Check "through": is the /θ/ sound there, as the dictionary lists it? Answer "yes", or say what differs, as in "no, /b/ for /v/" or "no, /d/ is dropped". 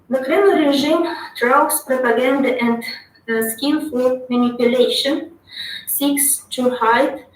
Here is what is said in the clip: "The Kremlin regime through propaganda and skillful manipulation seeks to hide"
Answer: no, /t/ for /θ/